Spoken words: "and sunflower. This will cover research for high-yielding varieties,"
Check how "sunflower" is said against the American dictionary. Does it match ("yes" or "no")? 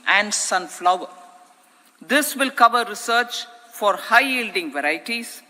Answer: yes